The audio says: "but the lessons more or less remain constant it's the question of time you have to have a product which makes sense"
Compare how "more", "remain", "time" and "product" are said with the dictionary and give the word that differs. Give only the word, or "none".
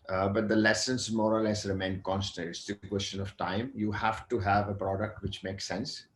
none